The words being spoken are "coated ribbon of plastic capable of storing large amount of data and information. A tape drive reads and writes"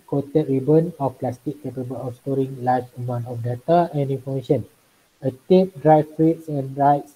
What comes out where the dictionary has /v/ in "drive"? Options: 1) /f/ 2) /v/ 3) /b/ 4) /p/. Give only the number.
1